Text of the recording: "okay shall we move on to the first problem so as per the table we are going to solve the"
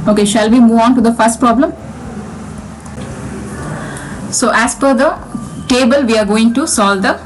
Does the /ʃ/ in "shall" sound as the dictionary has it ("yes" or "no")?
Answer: yes